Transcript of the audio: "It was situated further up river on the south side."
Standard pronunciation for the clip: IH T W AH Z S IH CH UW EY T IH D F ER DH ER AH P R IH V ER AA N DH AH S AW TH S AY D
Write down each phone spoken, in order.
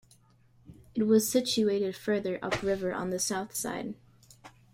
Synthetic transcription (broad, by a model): IH T W AH Z S IH CH UW EY T IH D F ER DH ER AH P R IH V ER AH N DH AH S AW TH S AY D